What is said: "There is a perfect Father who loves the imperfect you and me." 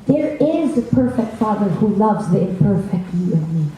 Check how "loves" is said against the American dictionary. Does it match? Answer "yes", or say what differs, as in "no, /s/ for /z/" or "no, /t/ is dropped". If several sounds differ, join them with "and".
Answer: yes